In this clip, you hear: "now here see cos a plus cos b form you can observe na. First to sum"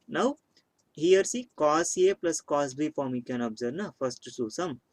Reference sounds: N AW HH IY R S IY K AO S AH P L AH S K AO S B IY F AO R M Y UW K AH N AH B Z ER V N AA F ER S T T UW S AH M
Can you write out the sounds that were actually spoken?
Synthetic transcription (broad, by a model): N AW HH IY R S IY K AO S AH P L AH S K AO S B IY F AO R M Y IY K AH N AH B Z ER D N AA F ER S T S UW S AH M